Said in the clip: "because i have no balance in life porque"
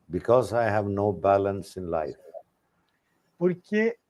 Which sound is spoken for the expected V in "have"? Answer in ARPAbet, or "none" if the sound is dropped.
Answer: V